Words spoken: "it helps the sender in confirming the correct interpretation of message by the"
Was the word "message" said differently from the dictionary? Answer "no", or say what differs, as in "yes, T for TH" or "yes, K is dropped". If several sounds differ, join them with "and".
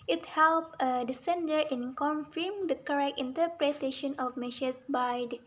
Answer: yes, SH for S